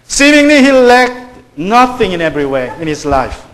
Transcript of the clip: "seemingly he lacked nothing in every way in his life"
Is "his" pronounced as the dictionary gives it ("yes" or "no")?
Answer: no